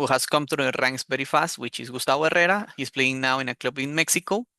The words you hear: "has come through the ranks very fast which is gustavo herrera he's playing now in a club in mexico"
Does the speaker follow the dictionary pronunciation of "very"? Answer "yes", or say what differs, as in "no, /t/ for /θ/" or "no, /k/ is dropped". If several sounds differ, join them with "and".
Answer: no, /b/ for /v/